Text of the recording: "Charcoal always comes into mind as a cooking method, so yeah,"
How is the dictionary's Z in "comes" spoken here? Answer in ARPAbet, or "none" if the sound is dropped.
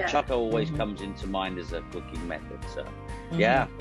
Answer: Z